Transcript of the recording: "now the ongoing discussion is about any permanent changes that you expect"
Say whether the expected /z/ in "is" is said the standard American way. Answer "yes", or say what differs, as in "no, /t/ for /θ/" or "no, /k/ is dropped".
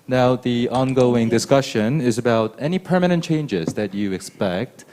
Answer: yes